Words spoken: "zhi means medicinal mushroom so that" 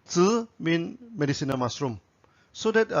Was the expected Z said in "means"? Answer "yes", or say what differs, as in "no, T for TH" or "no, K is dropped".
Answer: no, Z is dropped